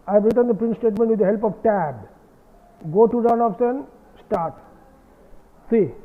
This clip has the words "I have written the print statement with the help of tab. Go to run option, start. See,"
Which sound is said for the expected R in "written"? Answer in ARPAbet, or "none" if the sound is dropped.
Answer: R